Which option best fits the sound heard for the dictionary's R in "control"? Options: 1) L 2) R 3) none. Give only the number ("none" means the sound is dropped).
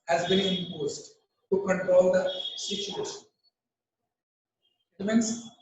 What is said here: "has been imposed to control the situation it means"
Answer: 2